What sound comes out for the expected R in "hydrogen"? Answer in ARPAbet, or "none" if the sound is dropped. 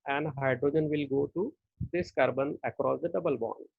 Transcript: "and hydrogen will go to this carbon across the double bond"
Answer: R